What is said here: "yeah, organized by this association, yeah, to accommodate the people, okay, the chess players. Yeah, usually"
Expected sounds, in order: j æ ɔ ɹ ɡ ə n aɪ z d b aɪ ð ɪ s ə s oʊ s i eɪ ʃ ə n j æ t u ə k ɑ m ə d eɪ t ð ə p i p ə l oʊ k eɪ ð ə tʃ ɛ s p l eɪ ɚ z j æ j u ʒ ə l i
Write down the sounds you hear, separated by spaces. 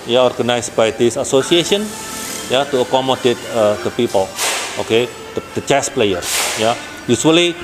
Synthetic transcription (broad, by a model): j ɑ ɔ ɹ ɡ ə n aɪ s b aɪ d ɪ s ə s oʊ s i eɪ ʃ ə n j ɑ t u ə k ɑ m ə d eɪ t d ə p i p ə l oʊ k eɪ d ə tʃ ɛ s p l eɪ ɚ j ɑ j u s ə l i